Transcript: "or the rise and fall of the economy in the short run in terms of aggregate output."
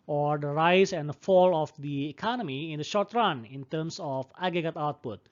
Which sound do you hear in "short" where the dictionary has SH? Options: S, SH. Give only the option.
SH